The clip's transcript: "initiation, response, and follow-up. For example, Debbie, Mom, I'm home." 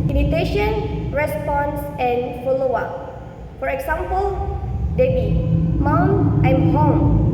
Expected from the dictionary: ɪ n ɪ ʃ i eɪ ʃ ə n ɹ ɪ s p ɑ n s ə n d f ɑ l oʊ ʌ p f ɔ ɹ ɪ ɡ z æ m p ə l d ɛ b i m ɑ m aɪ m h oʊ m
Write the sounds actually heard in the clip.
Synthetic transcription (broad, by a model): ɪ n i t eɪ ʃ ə n ɹ ɪ s p ɑ n s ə n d f ɑ l oʊ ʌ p f ɔ ɹ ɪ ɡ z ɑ m p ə l d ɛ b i m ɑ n aɪ m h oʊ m